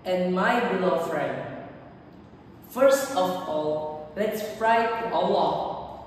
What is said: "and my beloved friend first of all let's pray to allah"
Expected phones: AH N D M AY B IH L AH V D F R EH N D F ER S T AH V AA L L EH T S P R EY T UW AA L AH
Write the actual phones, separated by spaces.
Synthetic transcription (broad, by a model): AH N M AY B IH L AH F R EH N D F ER S T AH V AA L L EH T S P R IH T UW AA L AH